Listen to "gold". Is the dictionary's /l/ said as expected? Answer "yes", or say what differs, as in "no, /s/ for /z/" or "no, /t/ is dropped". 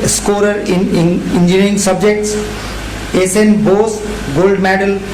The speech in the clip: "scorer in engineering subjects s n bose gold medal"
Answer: yes